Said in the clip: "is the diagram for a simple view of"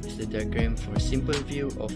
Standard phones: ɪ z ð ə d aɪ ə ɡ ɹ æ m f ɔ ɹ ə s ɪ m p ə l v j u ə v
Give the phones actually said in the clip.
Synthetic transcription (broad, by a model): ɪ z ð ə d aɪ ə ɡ ɹ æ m f ɔ ɹ ə s ɪ m p ə l v j u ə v